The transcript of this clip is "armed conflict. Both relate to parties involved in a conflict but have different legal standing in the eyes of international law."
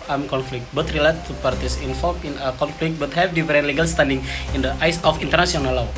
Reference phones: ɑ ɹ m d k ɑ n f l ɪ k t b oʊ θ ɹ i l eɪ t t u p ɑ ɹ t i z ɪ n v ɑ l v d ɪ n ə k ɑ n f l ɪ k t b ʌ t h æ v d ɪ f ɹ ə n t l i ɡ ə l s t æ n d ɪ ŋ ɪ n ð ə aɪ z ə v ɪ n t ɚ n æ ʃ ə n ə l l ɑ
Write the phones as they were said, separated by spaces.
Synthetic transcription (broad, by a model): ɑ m k ɑ n f l ɪ k t b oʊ t ɹ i l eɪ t t u p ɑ ɹ t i s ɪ n f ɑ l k ɪ n ə k ɑ n f l ɪ k t b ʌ t h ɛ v d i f ɹ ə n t l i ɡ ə l s t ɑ n d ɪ ŋ ɪ n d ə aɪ s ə f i n t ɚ n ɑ s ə n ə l l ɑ